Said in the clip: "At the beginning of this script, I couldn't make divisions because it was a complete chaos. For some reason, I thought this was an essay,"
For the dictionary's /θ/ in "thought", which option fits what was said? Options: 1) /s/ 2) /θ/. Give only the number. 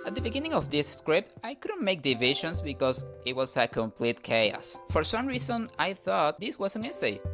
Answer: 2